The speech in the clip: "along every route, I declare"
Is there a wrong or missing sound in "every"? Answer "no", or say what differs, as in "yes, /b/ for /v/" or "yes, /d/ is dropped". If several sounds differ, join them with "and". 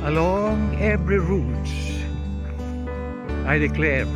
no